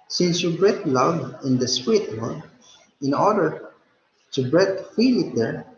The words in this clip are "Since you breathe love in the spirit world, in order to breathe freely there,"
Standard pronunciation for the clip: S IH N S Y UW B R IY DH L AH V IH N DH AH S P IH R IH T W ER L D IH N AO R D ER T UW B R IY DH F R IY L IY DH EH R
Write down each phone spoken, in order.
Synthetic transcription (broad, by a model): S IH N S Y UW B R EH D L AH V IH N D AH S P IH R IH T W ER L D IH N AO R D ER T UW B R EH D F IY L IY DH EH R